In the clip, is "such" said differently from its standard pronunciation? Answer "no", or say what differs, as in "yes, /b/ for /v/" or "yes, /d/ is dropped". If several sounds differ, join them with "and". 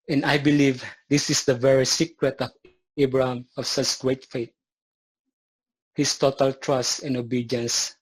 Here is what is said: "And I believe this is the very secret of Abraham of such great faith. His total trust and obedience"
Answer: yes, /s/ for /tʃ/